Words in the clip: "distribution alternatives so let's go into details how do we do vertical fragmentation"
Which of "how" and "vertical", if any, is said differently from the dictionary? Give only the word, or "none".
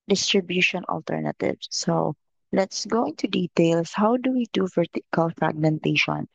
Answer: vertical